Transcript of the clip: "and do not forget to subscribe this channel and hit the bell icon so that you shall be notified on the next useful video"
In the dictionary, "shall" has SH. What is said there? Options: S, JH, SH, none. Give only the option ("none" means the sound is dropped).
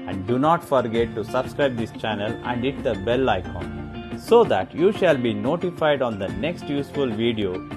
SH